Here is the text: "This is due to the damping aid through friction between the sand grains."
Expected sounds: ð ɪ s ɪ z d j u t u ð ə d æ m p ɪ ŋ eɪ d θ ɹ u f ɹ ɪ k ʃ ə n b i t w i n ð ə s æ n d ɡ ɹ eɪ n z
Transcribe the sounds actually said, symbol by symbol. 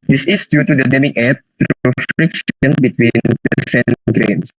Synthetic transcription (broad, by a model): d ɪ s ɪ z d j u t u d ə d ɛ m ɪ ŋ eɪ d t ɹ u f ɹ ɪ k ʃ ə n b i t w i n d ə s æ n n ɡ ɹ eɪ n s